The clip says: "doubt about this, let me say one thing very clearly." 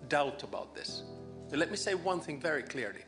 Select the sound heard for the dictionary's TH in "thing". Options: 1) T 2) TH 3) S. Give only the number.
2